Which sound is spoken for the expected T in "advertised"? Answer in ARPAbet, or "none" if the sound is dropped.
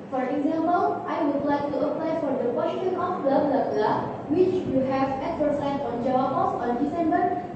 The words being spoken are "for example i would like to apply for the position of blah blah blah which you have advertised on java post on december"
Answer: S